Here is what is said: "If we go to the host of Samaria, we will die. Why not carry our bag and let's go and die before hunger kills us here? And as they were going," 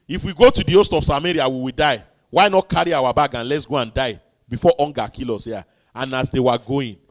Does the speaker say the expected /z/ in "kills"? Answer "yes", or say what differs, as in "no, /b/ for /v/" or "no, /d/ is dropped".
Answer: no, /z/ is dropped